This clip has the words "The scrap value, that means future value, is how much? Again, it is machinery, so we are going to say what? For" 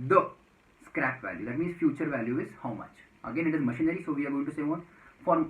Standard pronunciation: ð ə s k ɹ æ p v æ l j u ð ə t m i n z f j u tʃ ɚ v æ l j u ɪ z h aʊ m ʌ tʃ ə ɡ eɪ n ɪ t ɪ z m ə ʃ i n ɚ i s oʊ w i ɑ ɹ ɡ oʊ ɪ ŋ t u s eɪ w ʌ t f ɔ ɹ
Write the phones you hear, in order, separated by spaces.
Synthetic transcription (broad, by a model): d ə s k ɹ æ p v æ l j u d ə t m i n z f j u tʃ ɚ v æ l j u ɪ z h aʊ m ʌ tʃ ə ɡ eɪ n ɪ t ɪ z m ə ʃ i n ɚ i s oʊ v i ɑ ɹ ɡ oʊ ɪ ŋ t u s eɪ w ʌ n f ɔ ɹ